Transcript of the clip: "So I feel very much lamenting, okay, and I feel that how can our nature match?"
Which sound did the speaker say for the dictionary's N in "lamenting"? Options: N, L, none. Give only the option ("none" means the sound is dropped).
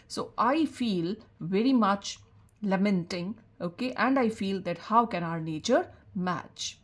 N